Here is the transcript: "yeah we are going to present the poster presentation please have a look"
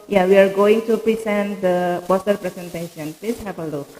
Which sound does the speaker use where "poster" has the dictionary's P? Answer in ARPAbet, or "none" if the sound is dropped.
B